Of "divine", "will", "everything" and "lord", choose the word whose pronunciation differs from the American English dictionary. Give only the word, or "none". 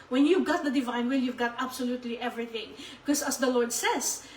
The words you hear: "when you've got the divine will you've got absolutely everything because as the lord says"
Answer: none